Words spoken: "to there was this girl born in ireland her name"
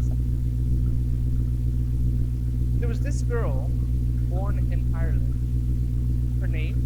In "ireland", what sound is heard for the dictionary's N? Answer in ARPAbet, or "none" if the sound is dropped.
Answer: N